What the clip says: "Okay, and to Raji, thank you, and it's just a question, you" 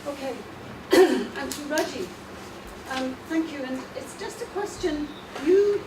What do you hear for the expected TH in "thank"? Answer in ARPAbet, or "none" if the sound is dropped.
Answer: TH